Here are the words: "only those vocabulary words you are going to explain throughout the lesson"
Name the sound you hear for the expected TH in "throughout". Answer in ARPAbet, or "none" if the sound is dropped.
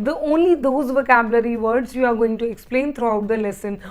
T